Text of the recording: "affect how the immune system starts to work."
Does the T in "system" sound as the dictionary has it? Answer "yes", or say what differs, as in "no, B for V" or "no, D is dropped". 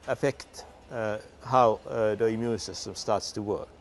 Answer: no, S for T